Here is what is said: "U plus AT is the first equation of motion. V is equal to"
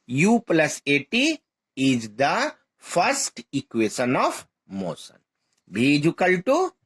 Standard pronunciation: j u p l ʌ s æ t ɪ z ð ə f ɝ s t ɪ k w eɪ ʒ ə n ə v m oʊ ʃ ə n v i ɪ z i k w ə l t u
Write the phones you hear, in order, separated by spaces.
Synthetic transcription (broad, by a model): j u p l ʌ s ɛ t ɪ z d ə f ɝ s t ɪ k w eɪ ʃ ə n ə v m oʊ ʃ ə n b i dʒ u k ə l t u